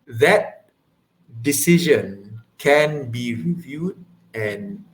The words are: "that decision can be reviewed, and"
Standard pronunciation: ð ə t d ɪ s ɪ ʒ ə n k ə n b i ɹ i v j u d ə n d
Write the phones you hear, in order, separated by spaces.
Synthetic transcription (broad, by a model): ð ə t d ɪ s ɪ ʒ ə n k ə n b i ɹ i v j u d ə n